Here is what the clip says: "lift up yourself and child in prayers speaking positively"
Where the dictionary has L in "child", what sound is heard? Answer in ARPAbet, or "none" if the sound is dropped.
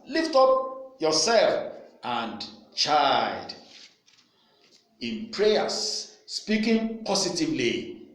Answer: none